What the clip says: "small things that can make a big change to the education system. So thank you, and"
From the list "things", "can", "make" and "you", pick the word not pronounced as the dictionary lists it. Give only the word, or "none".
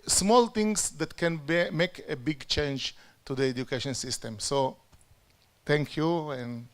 things